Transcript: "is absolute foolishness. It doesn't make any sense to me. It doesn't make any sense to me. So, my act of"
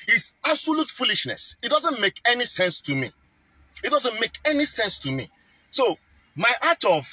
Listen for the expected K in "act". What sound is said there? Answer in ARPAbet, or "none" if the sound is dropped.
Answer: none